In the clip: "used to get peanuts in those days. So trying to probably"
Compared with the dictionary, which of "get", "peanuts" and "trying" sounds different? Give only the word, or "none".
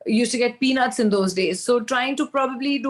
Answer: none